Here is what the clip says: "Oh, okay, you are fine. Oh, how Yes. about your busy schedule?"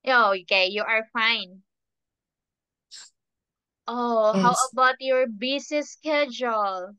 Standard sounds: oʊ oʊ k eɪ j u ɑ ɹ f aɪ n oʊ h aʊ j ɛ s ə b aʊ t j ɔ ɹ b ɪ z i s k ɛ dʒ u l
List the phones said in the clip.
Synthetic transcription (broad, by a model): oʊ oʊ k eɪ j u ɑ ɹ f aɪ n oʊ h aʊ ə b aʊ t j ɔ ɹ b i s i s k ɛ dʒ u l